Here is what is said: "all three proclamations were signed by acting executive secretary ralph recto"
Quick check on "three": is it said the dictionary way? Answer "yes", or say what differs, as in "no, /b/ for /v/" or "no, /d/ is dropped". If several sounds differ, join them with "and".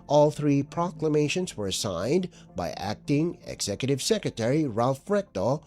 yes